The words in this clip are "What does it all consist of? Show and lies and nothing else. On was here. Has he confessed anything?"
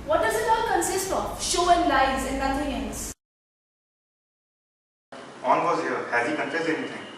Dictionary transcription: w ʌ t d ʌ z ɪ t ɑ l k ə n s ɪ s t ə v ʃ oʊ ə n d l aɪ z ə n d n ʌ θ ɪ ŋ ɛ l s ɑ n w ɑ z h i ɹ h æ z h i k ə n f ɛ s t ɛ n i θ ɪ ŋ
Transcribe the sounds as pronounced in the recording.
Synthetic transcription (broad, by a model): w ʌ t d ʌ z ɪ t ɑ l k ə n s ɪ s t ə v ʃ oʊ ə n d l aɪ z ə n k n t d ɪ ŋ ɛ n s ɑ n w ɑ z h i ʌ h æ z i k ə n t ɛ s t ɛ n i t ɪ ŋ